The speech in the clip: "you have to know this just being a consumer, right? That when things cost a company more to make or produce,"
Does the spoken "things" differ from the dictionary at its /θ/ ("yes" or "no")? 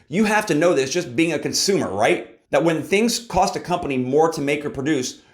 no